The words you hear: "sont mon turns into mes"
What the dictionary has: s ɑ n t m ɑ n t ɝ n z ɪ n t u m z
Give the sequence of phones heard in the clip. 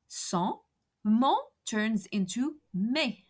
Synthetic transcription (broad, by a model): s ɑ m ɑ t ɝ n z ɪ n t u m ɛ